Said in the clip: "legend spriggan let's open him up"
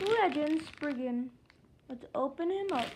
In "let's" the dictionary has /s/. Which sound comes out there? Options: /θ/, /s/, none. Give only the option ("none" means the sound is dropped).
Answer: none